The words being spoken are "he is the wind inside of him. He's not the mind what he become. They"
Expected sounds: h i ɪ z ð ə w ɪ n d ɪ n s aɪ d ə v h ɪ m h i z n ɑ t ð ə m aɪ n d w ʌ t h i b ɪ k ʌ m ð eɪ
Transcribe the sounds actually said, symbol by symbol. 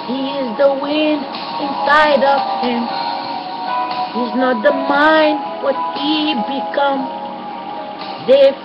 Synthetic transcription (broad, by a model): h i ɪ z ð ə w ɪ n d ɪ n s aɪ d ə v h ɪ m h i z n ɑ t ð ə m aɪ n d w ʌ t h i b ɪ k ʌ m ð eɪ